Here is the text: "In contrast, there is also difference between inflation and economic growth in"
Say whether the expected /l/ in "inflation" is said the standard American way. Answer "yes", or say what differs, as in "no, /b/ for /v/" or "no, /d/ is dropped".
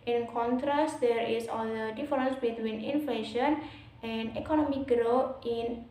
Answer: yes